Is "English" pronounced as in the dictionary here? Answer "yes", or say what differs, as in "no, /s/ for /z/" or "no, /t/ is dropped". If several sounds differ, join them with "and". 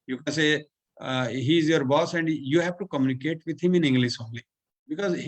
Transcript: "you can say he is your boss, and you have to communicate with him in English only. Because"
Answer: no, /s/ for /ʃ/